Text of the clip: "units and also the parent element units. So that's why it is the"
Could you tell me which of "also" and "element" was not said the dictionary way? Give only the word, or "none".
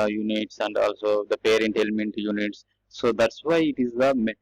none